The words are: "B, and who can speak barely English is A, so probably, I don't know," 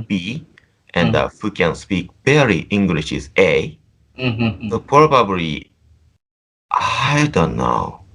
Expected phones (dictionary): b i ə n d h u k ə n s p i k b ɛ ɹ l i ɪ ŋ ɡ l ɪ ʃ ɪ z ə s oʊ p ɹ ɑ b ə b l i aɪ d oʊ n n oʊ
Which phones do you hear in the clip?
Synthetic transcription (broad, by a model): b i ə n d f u k ə n s p i k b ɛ ɹ i ɪ ŋ ɡ l ɪ ʃ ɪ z ə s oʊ p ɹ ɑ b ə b l i aɪ d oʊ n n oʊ